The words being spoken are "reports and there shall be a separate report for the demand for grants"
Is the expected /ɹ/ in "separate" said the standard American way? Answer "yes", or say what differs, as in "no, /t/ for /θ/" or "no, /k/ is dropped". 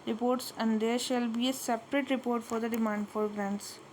yes